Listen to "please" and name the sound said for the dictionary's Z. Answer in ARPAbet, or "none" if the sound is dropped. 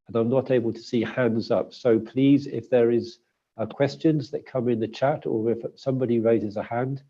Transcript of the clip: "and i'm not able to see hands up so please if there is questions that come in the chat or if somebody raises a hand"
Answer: Z